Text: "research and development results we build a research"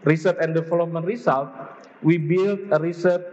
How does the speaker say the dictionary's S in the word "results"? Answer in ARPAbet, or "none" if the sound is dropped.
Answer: none